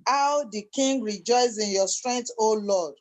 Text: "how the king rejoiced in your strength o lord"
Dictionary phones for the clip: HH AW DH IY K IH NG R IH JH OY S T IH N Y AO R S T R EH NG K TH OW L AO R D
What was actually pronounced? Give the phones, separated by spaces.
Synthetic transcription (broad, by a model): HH AW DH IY K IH NG R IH JH OY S IH N Y AO S T R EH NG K T OW L AO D